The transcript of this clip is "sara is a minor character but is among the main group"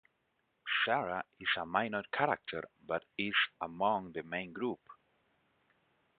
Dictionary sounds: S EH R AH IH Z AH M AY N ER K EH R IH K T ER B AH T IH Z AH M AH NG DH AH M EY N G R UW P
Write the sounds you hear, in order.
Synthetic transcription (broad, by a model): S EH R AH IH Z AH M AY N ER K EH R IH K T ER B AH T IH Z AH M AH NG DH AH M EY N G R UW P